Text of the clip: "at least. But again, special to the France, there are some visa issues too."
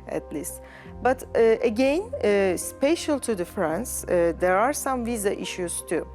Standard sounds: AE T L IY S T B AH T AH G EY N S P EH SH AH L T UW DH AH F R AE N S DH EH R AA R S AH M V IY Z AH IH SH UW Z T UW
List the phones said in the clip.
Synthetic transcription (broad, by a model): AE T L IY S T B AH T AH G EY N S P EH SH AH L T UW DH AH F R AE N S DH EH R AA R S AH M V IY Z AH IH SH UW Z T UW